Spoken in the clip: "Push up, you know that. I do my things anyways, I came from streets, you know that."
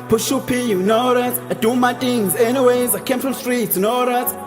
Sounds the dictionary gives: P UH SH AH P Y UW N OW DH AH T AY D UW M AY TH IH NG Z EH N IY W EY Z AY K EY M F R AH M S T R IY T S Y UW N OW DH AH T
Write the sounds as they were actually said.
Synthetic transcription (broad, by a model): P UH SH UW P Y UW N OW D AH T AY D UW M AY T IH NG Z EH N IY W EY Z AY K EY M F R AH M S T R IY T S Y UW N OW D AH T